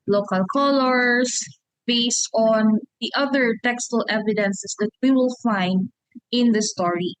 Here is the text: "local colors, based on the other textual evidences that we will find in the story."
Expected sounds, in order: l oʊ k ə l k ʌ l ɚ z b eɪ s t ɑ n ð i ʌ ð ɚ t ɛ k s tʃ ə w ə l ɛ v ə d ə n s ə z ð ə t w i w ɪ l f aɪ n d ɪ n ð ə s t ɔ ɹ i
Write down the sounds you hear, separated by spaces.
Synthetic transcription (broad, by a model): l oʊ k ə l k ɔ l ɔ s b eɪ s t ɑ n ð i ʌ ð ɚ t ɛ k s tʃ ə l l ɛ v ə d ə n s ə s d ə t w i w ɪ l f aɪ n d ɪ n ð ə s t ɔ ɹ i